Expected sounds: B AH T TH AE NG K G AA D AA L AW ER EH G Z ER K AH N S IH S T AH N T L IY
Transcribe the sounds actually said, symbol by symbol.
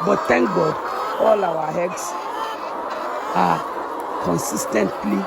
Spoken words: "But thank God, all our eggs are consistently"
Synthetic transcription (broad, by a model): B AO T T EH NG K G AA D AA L AW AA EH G S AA K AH N S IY S T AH N T L IY